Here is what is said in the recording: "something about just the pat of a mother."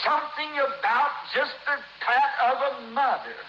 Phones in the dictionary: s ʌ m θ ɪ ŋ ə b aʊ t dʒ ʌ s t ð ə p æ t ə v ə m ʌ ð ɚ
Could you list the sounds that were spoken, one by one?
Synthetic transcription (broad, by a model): s ʌ m θ ɪ ŋ ə b aʊ t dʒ ʌ s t ð ə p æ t ə v ə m ʌ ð ɚ